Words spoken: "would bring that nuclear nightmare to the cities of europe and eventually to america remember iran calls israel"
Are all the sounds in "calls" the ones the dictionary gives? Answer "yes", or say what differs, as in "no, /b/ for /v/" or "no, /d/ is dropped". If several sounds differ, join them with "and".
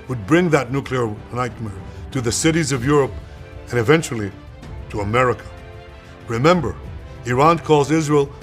no, /l/ is dropped